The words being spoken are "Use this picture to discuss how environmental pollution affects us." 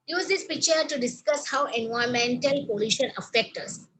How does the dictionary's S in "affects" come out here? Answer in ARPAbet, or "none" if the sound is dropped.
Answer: none